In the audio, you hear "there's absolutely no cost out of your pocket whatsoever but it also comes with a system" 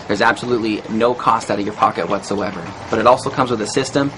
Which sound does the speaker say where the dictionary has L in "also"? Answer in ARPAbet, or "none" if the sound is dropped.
L